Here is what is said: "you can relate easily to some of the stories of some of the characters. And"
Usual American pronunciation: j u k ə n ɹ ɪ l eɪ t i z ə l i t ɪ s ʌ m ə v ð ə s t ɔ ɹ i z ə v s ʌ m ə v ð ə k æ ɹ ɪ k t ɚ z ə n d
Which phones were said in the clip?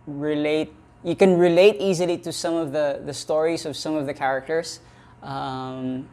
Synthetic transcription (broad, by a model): j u k ə n ɹ ɪ l eɪ t i z ə l i t ɪ s ʌ m ə v ð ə s t ɔ ɹ i z ə v s ʌ m ə v ð ə k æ ɹ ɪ k t ɚ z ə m